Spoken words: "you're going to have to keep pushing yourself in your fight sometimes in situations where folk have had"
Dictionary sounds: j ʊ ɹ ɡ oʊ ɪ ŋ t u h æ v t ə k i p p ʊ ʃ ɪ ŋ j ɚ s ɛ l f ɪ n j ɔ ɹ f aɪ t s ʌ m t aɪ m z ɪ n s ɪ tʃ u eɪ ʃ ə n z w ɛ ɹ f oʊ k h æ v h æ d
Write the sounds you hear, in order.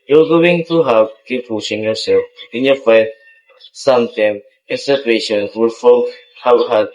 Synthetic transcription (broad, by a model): j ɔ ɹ ɡ oʊ ɪ ŋ t u h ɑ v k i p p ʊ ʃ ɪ ŋ j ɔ s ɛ l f ɪ n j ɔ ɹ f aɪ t s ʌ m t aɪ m ɪ n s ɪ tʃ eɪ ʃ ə n w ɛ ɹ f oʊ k h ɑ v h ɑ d